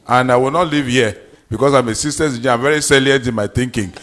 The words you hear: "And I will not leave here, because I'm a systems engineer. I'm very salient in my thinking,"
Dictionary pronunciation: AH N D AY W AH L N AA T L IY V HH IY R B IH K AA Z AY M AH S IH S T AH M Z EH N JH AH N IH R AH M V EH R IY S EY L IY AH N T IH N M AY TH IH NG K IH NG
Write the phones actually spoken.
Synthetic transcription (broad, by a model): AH N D AY W AH L N AA T L IY V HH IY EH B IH K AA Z AY M AH S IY S T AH Z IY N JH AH AH M V EH R IY S EY L IY AH N T IH N M AY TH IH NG K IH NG